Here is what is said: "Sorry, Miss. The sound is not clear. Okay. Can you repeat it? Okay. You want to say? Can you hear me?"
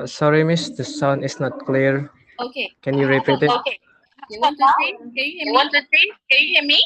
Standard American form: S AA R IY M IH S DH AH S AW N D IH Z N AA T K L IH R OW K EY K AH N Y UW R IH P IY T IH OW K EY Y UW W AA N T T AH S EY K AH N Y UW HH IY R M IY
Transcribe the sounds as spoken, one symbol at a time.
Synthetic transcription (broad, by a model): S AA R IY M IH S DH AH S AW N IH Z N AA T K L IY R OW K EY K AH N Y UW R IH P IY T IH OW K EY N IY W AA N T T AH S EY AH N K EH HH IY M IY